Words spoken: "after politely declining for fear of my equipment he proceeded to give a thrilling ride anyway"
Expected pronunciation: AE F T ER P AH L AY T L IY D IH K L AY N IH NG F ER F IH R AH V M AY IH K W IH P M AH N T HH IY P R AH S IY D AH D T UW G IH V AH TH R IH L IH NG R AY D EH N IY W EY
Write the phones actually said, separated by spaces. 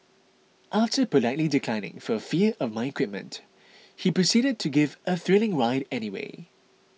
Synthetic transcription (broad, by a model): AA F T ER P AH L AY T L IY D IH K L AY N IH NG F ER F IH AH AH V M AY IH K W IH P M AH N T HH IY P R AH S IY D AH D T UW G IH V AH TH R IH L IH NG R AY D EH N IY W EY